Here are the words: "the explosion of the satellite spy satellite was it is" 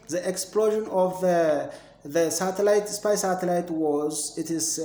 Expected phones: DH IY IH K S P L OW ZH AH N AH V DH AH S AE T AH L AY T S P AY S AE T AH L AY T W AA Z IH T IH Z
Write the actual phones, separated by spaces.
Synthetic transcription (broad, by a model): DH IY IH K S P L OW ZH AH N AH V DH AH S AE T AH L AY T S P AY S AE T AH L AY T W AA Z IH T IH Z